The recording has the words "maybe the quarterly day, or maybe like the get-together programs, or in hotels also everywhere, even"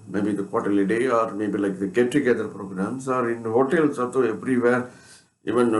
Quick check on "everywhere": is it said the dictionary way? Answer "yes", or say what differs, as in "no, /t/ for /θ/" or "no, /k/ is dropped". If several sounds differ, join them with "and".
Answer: no, /p/ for /v/